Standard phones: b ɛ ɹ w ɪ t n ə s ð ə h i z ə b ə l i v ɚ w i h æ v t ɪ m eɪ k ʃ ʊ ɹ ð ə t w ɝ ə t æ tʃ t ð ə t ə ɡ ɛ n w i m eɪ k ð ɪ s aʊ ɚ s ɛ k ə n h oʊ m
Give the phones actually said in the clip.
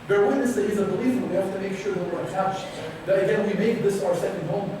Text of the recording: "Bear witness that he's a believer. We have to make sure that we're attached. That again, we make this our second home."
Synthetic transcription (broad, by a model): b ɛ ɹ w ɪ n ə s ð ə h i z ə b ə l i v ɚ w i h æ f t ɪ m eɪ k ʃ ʊ ɹ ð ə t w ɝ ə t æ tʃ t ð ə t ə ɡ ɛ n w i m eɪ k ð ɪ s aʊ ɚ s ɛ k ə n h oʊ m